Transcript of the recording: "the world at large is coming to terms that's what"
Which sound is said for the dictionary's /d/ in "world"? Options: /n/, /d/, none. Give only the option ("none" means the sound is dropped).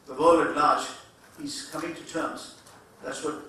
none